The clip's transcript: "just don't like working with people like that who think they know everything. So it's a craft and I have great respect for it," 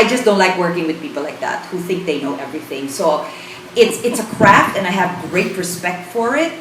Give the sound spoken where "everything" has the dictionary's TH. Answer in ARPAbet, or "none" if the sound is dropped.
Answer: TH